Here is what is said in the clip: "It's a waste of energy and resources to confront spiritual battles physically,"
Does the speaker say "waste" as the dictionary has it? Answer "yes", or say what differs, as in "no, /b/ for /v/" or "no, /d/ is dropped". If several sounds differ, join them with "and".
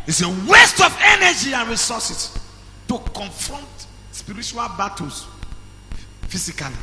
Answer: yes